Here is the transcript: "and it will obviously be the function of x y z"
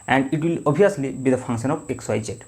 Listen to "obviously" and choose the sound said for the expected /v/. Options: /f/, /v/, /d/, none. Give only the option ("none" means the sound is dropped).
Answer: none